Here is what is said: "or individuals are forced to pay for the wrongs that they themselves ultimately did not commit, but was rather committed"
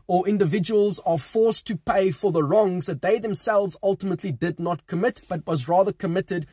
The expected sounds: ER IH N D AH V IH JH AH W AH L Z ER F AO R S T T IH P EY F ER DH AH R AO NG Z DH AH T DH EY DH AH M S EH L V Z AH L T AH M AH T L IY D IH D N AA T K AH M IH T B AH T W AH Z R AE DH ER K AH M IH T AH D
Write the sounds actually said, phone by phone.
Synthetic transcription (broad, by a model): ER IH N D AH V IH JH AH W AH L Z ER F AO R S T T IH P EY F ER DH AH R AO NG Z DH AH T DH EY DH AH M S EH L V Z AH L T AH M AH T L IY D IH D N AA T K AH M IH T B AH T W AH Z R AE DH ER K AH M IH T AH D